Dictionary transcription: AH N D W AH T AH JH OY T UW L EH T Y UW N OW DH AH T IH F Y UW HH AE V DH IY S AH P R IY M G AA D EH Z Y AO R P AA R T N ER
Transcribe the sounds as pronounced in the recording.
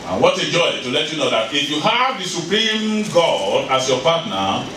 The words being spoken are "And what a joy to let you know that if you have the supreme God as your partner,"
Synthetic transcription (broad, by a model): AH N W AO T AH JH OY T UW L EH T Y UW N OW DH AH T IH F Y UW HH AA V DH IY S AH P R IY M G AA D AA S Y AO P AA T N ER